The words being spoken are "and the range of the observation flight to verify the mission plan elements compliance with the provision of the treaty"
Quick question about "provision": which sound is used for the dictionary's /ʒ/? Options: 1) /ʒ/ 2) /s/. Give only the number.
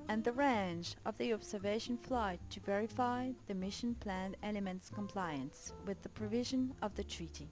1